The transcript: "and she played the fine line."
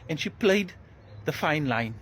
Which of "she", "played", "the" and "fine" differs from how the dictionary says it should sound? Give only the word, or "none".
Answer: none